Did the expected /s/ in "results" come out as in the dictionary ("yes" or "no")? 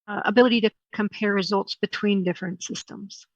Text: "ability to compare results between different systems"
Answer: yes